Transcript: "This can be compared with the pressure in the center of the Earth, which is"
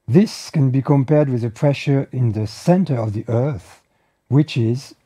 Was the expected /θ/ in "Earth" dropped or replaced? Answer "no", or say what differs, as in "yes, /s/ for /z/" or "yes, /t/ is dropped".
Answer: no